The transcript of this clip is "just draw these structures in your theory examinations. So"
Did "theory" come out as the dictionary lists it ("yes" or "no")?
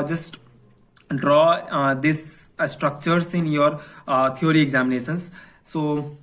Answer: no